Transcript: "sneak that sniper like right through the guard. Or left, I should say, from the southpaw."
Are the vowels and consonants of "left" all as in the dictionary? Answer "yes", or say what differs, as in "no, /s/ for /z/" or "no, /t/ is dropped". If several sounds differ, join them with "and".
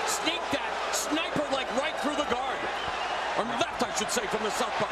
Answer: no, /f/ is dropped